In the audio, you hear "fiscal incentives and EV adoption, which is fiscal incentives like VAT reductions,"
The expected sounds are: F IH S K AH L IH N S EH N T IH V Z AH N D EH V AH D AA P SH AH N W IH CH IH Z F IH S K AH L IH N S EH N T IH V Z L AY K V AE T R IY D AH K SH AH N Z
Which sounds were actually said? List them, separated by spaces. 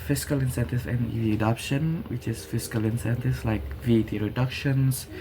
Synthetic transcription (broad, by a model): F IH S K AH L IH N S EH N T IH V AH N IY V AH D AA P SH AH N W IH CH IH S F IH S K AH L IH N S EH N T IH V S L AY K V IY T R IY D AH K SH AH N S